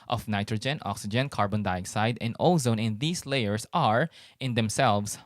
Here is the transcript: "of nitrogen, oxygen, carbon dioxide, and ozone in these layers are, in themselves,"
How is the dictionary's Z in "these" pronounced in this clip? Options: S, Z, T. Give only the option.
S